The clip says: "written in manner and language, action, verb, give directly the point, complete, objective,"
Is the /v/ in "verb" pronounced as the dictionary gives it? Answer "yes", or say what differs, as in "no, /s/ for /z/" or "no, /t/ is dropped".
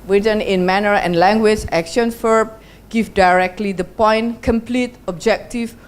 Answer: no, /f/ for /v/